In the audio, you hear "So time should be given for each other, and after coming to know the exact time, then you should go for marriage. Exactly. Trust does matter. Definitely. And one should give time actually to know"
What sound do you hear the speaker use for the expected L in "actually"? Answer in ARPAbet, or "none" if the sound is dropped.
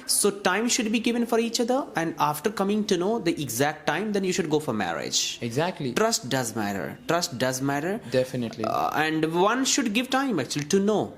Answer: L